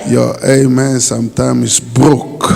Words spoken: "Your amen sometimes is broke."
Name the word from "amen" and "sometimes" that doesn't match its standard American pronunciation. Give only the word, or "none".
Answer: sometimes